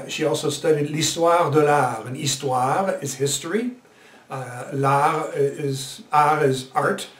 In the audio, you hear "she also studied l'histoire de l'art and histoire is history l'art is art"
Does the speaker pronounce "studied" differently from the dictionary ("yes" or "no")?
no